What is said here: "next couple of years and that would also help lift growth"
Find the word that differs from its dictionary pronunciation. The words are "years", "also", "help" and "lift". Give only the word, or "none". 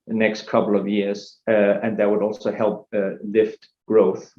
none